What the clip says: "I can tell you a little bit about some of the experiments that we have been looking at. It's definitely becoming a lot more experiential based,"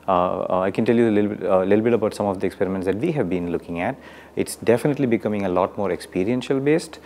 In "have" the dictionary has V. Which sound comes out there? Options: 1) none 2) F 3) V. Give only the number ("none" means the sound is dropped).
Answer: 3